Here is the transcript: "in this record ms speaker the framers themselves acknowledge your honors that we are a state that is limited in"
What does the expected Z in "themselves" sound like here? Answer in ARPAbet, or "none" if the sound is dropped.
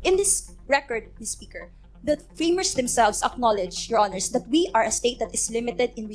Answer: S